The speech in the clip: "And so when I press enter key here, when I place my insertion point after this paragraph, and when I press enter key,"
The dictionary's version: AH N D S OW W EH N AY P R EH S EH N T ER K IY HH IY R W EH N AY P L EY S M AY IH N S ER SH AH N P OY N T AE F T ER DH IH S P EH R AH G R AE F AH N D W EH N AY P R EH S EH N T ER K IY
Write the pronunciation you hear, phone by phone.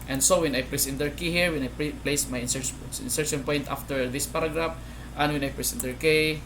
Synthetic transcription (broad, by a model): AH N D S OW W EH N AY P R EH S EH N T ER K IY HH IY R W EH N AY P L EY S M AY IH N S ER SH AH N P OY N T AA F T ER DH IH S P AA R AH G R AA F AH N W EH N AY P R EH S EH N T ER K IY